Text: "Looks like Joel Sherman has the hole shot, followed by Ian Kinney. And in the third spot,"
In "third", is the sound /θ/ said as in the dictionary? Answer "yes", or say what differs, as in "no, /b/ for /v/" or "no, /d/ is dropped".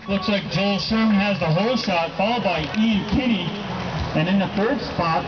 yes